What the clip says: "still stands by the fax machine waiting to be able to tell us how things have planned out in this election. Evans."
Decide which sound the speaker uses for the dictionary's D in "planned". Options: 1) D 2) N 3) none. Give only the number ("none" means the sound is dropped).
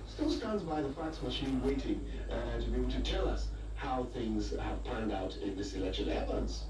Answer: 1